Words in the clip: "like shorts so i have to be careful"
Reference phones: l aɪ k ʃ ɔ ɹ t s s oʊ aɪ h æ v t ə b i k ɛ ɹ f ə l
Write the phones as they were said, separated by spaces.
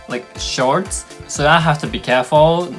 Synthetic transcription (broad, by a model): l aɪ k ʃ ɔ ɹ t s s oʊ aɪ h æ f t ə b i k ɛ ɹ f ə l